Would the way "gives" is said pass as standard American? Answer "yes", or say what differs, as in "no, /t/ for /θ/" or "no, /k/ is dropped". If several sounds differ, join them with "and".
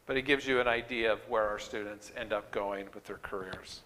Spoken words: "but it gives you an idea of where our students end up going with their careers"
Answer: yes